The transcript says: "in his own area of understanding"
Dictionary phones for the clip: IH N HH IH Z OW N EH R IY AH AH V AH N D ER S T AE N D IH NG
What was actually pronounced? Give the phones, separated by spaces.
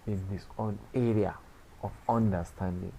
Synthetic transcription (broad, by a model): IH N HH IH S OW N EH R IY AH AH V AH N D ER S T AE N D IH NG